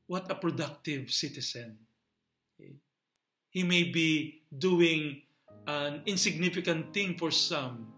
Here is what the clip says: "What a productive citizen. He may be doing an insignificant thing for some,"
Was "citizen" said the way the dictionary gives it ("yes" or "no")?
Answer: no